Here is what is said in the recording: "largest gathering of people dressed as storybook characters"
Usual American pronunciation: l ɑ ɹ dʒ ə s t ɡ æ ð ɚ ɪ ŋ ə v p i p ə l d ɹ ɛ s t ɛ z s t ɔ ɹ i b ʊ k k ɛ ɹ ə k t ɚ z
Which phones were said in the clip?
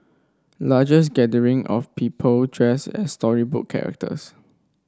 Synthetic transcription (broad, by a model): l ɑ dʒ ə s ɡ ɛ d ɚ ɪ ŋ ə f p i p ə l d ɹ ɛ s ɛ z s t ɔ ɹ i b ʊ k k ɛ ɹ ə k t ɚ s